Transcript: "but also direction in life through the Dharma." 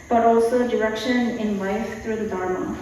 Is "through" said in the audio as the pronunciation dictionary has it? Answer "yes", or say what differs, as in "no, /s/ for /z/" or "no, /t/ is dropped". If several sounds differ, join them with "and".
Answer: no, /t/ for /θ/